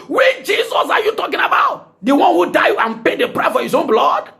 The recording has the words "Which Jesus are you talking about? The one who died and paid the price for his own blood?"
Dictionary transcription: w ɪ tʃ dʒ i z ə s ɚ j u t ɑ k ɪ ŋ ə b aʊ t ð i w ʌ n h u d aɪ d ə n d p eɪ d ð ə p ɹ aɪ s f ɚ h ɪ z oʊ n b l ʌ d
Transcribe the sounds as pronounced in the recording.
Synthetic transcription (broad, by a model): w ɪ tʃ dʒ i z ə s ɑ j u t ɑ k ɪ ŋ ə b aʊ t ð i w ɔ n h u d aɪ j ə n p eɪ d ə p ɹ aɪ f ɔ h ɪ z oʊ n b l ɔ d